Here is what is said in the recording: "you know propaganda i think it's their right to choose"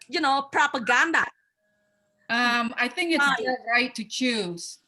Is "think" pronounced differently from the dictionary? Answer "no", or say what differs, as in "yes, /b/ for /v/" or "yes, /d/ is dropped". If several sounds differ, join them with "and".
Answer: no